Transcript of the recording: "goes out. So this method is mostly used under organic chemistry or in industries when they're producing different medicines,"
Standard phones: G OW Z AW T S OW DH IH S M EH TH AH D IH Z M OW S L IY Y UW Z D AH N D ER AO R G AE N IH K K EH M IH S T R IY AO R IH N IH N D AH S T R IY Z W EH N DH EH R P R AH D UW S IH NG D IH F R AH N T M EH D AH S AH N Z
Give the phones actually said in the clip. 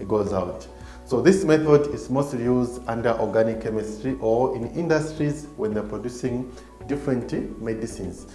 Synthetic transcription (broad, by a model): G OW Z AW T S OW DH IH S M EH TH AH D IH Z M OW S L IY Y UW Z D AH N D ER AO R G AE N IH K K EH M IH S T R IY AO R IH N IH N D AH S T R IY Z W EH N DH EH R P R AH D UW S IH NG D IH F R AH N T M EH D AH S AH N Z